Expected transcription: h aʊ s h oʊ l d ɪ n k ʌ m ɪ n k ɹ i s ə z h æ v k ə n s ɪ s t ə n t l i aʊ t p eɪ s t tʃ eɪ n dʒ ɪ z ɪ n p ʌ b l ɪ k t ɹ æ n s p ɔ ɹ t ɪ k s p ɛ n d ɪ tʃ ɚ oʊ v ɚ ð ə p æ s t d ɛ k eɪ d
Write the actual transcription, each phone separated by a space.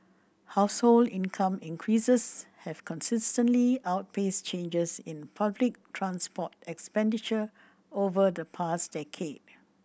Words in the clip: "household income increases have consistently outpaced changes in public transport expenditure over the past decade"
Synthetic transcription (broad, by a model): h aʊ s h oʊ l d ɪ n k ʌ m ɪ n k ɹ i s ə s h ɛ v k ə n s ɪ s t ə n t l i aʊ t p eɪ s tʃ eɪ n dʒ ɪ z ɪ n p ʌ b l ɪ k t ɹ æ n s p ɔ t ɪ k s p ɛ n d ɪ tʃ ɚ oʊ v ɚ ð ə p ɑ s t d ɛ k eɪ d